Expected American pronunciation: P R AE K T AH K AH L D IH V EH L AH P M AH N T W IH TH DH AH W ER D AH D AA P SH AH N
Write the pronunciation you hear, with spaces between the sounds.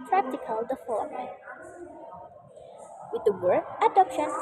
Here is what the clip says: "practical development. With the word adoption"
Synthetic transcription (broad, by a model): P R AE K T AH K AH L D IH F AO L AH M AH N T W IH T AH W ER AH D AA P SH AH N